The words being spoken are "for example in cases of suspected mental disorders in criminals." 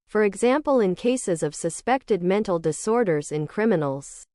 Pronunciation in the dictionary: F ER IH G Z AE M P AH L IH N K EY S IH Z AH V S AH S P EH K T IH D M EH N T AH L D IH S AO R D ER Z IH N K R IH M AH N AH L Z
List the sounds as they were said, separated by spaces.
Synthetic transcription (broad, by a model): F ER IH G Z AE M P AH L IH N K EY S IH Z AH V S AH S P EH K T IH D M EH N T L D IH S AO R D ER Z IH N K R IH M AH N L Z